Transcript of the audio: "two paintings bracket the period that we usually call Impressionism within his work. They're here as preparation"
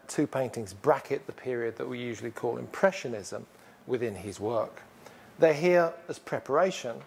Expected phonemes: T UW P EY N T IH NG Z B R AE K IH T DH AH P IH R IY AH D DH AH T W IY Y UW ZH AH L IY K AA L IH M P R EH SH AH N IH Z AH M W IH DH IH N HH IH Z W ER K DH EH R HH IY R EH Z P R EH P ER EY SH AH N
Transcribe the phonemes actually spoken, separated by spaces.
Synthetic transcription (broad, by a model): T UW P EY N T IH NG Z B R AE K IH T DH AH P IH R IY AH D DH AH T W IY Y UW ZH AH L IY K AA L IH M P R EH SH AH N IH Z AH M W IH DH IH N IH Z W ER K DH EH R HH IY R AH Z P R EH P ER EY SH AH N